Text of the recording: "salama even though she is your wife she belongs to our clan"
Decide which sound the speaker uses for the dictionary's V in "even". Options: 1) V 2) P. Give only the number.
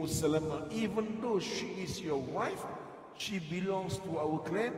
1